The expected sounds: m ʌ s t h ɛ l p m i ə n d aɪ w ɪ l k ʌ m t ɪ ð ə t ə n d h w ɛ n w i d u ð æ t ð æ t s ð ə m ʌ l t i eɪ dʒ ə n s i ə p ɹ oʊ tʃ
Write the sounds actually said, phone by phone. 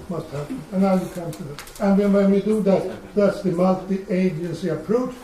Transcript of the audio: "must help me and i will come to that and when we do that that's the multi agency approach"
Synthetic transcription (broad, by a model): m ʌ s t h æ p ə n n aɪ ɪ k ʌ m t ɪ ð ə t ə n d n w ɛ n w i d u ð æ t ð æ t s ð ə m ʌ l t i eɪ dʒ ə n s i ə p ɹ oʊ tʃ